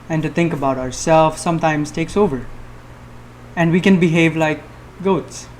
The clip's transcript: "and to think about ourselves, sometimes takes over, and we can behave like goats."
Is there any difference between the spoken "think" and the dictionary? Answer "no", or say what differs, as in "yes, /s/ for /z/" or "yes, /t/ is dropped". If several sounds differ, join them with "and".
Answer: yes, /t/ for /θ/